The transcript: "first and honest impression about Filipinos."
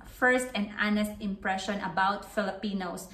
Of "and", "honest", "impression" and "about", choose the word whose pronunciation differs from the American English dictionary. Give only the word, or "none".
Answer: none